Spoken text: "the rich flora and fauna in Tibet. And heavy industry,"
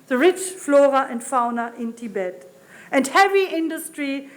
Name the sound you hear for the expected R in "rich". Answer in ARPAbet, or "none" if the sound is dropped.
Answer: R